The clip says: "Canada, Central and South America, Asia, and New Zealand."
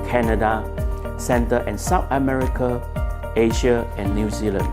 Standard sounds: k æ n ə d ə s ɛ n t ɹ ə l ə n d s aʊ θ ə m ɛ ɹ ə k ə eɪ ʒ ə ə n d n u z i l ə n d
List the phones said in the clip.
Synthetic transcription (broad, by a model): k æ n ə d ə s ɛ n t ə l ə n s aʊ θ ə m ɛ ɹ ə k ə eɪ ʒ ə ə n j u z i l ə n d